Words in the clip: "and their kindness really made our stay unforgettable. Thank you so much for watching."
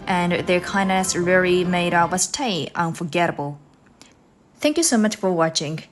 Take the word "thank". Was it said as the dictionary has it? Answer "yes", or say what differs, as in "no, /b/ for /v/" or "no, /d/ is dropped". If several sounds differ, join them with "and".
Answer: yes